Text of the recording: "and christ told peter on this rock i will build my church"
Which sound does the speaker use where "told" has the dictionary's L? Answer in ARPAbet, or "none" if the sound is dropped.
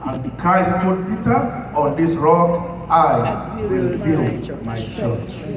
none